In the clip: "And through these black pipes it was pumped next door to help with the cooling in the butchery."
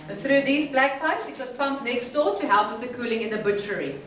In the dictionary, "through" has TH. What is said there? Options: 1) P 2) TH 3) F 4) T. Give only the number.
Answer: 2